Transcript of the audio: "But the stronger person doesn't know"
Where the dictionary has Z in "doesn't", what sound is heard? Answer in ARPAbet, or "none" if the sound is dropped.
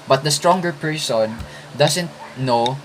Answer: S